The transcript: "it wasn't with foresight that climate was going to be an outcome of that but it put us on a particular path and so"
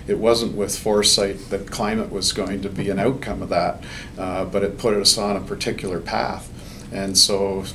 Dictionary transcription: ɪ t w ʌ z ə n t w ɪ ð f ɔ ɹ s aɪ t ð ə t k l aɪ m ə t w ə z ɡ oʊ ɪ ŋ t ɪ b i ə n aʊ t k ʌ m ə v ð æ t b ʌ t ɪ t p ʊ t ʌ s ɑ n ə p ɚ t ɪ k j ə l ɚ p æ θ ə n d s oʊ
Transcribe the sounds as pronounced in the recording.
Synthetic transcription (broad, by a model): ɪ t w ʌ z ə n t w ɪ ð f ɔ ɹ s aɪ t ð ə t k l aɪ m ə t w ə z ɡ oʊ ɪ ŋ t ɪ b i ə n aʊ t k ʌ m ə v ð æ t b ʌ t ɪ t p ʊ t ʌ s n ə p ɚ t ɪ k j l ɚ p æ θ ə n s oʊ